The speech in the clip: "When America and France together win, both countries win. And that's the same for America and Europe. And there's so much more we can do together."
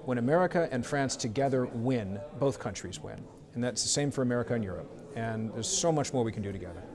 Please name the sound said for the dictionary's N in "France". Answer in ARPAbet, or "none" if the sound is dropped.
N